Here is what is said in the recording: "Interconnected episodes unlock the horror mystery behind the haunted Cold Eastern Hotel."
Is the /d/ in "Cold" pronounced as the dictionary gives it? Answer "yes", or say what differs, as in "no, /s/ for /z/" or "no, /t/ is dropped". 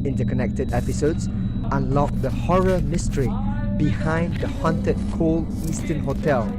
no, /d/ is dropped